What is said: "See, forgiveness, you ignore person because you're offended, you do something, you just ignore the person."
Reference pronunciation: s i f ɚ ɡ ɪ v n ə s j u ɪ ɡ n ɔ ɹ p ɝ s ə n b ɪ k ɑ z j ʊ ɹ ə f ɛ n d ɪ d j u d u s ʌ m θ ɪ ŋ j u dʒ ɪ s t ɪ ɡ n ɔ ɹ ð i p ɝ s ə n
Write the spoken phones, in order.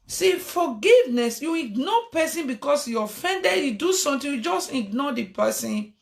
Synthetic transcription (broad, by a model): s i f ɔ ɡ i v n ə s j u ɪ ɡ n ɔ p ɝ s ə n b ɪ k ɑ s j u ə f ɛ n d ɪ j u d u s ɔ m t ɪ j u dʒ ɪ s t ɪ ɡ n ɔ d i p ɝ s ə n